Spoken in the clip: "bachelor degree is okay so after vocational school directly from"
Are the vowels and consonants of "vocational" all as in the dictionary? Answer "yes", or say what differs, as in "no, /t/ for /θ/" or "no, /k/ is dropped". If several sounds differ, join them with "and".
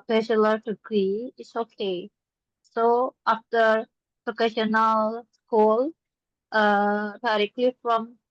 no, /p/ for /v/